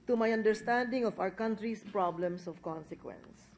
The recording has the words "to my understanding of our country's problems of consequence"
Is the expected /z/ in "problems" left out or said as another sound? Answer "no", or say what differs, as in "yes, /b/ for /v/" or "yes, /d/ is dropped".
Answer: yes, /s/ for /z/